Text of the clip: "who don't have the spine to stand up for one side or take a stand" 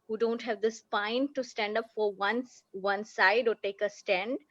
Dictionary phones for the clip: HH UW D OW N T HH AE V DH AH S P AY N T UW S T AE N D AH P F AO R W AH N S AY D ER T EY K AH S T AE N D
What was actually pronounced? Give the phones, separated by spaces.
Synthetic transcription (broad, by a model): HH UW D OW N T HH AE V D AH S P AY N T UW S T AE N D AH P F AO R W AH N S AY D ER T EY K AH S T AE N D